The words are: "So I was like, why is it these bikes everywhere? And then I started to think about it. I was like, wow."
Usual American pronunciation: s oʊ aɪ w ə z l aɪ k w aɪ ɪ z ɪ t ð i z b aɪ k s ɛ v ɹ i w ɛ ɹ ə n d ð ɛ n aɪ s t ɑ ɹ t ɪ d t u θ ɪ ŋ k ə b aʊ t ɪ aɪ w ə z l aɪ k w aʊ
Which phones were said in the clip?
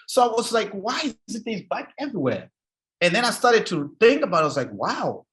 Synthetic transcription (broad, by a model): s oʊ aɪ w ə z l aɪ k w aɪ ɪ z ɪ t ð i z b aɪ k ɛ v ɹ i w ɛ ɹ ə n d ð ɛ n aɪ s t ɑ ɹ t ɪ d t u θ ɪ ŋ k ə b aʊ t ɪ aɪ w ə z l aɪ k w aʊ